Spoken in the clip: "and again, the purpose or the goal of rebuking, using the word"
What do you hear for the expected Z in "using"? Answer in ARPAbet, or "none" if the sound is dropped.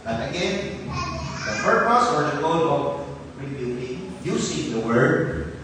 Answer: S